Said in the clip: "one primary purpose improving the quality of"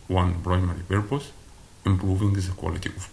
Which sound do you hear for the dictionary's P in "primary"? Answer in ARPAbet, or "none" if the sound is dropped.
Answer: B